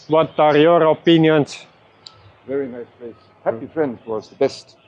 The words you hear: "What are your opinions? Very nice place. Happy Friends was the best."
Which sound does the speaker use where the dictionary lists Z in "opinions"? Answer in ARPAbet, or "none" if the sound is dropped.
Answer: S